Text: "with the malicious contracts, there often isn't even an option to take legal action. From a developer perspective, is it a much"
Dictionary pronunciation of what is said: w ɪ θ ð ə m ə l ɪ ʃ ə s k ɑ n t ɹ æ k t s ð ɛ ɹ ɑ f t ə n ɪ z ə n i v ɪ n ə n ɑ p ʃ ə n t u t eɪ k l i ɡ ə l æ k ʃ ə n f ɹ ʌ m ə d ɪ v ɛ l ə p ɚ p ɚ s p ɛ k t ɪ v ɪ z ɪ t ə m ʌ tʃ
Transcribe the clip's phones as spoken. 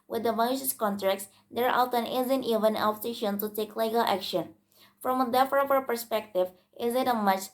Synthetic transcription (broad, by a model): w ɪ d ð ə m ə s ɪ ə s k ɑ n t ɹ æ k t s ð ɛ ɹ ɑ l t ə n ɪ z ə n i v ɪ n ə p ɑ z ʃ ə n t u t eɪ k l i ɡ ə l æ k ʃ ə n f ɹ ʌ m ə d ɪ f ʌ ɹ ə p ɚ p ɚ s p ɛ k t ɪ v ɪ z ɪ t ə m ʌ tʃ